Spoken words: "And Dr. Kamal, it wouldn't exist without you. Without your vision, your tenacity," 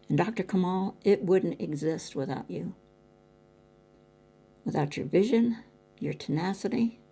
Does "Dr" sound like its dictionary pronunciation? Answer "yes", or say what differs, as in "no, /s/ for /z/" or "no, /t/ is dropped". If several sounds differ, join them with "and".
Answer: yes